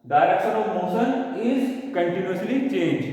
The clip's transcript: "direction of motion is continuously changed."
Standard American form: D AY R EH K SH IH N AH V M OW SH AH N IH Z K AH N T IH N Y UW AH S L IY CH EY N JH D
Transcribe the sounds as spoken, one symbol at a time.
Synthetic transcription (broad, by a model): D AY R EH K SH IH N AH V M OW S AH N IH Z K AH N T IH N Y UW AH S L IY CH EY N JH